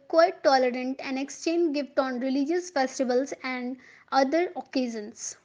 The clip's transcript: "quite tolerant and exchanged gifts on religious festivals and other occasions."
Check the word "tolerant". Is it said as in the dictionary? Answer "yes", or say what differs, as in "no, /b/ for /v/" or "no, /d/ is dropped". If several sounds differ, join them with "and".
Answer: yes